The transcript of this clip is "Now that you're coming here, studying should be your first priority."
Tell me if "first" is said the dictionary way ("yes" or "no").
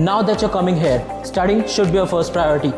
yes